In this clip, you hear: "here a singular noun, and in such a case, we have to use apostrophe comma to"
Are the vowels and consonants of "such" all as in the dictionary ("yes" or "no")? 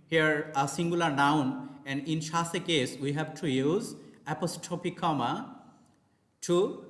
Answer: no